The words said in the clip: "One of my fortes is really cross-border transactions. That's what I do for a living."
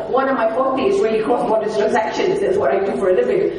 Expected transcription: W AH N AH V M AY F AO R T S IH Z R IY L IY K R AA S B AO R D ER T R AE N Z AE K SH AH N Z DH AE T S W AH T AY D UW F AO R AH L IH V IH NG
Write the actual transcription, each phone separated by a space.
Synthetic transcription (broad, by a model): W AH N AH V M AY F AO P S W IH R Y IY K AA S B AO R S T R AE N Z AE K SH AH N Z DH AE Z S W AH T AY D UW F AO R AH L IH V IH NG